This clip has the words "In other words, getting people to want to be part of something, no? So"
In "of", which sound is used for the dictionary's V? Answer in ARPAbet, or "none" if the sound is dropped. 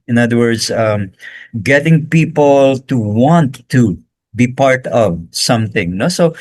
V